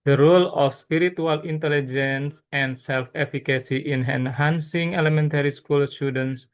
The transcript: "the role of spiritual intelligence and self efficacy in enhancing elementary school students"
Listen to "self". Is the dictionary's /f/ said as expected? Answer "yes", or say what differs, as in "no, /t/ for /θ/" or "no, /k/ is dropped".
yes